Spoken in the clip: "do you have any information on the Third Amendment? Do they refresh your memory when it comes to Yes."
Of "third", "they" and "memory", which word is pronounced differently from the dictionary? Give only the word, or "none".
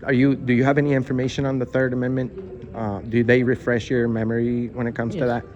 none